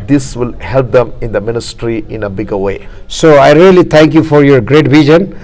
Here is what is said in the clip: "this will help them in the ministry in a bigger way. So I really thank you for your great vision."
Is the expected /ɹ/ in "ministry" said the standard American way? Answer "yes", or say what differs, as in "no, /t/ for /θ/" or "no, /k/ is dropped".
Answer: yes